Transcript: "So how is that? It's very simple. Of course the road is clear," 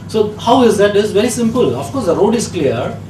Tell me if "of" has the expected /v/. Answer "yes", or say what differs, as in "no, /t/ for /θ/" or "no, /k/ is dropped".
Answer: no, /f/ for /v/